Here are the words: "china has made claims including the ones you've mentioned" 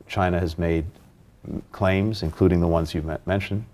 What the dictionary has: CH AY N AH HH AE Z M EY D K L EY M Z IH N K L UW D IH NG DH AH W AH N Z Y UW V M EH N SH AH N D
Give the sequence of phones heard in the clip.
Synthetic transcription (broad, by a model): CH AY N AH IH Z M EY D K L EY M Z IH N K L UW D IH NG DH AH W AH N Z Y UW M EH N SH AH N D